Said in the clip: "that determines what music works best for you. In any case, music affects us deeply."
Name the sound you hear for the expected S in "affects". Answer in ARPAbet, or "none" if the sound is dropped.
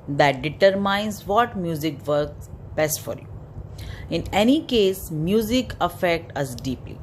none